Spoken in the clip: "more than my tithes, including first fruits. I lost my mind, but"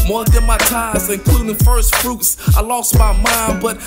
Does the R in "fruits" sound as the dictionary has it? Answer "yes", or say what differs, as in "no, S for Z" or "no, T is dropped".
yes